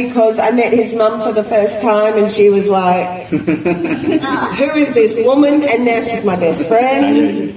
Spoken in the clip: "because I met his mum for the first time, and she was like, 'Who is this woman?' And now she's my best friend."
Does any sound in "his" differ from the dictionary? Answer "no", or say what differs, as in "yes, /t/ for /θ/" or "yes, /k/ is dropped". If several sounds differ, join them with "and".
no